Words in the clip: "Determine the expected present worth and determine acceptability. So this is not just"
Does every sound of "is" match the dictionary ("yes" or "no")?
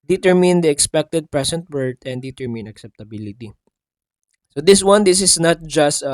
no